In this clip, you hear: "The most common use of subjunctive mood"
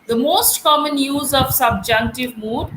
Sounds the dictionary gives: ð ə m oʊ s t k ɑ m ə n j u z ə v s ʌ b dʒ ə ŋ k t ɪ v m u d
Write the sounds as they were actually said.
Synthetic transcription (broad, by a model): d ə m oʊ s t k ɑ m ə n j u z ə v s ʌ b dʒ ə ŋ k t ɪ v m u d